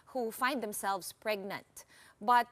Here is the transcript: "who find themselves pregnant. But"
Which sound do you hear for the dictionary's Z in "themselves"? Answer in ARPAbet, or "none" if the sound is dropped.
S